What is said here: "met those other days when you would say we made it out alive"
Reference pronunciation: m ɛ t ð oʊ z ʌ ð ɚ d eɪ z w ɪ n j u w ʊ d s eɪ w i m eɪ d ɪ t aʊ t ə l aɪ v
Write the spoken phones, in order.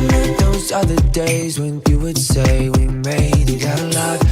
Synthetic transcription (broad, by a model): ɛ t ð oʊ z ʌ ð ɚ d eɪ z w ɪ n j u w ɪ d s eɪ w i m eɪ ɪ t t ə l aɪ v